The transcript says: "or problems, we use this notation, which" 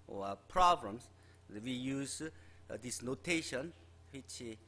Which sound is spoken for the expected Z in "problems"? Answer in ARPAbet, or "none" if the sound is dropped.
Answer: S